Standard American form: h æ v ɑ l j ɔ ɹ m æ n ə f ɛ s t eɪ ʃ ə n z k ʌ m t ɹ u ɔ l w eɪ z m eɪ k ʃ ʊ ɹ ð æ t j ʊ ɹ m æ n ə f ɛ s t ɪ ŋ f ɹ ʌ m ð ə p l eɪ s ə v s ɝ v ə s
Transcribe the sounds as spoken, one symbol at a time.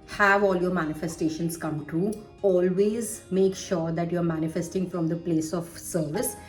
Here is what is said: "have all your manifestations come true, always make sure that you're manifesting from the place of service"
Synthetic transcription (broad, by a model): h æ v ɑ l j ɔ ɹ m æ n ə f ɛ s t eɪ ʃ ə n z k ʌ m t u ɔ l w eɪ z m eɪ k ʃ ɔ ɹ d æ t j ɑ ɹ m æ n ə f ɛ s t ɪ ŋ f ɹ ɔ m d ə p l eɪ s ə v s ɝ v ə s